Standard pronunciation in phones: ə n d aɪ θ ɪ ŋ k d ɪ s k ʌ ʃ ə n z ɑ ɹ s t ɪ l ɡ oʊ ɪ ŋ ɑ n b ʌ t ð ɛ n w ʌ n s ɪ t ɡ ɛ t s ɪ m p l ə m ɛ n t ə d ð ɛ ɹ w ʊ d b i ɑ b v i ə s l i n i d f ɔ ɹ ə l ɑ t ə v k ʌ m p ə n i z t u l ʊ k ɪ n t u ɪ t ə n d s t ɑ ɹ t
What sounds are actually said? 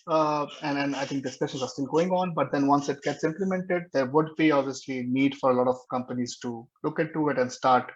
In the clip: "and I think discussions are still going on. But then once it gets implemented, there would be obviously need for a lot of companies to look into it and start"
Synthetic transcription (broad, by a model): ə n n aɪ t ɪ ŋ k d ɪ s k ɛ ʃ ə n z ɑ ɹ s t ɪ l ɡ oʊ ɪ ŋ ɑ n b ʌ t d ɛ n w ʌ n s ɪ t ɡ ɛ t s ɪ m p l ə m ɛ n t ə d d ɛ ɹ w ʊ d b i ɑ b v i ə s l i n i d f ɔ ɹ ə l ɑ t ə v k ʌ m p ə n i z t u l ʊ k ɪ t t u ɪ t ə n d s t ɑ ɹ t